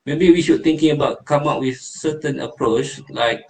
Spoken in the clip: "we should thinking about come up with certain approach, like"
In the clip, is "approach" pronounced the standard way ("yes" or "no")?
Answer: yes